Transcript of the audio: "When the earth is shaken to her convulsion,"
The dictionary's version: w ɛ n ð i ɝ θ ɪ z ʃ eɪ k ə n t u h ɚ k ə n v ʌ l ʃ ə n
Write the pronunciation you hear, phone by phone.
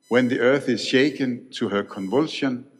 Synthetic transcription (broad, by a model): w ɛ n ð i ɝ θ ɪ z ʃ eɪ k ə n t u h ɚ k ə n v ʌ l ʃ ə n